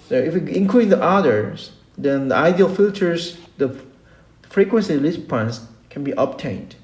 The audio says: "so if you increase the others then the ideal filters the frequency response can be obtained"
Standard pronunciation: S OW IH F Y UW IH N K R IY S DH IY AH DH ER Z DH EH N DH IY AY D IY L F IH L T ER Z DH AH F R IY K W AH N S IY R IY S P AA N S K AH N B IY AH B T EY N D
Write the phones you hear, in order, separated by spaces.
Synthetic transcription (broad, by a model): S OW IH F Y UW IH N K L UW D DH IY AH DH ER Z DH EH N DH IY AY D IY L F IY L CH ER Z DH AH F R IY K W AH N S IY L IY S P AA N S K AH N B IY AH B T EY N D